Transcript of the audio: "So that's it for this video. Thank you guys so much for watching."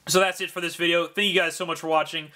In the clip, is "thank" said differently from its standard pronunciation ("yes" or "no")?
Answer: no